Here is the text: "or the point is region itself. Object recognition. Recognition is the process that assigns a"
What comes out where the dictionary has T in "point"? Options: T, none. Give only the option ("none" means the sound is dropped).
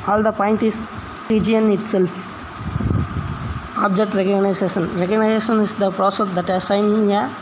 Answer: T